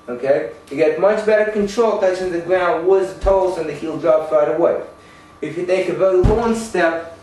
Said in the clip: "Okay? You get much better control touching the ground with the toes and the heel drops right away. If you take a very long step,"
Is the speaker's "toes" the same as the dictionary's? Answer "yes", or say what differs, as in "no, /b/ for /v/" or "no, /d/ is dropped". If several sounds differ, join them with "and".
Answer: no, /z/ is dropped